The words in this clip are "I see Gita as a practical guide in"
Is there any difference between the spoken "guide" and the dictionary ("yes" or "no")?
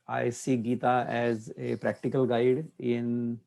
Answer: no